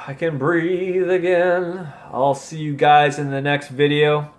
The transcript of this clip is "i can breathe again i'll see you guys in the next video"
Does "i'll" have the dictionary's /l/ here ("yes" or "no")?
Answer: yes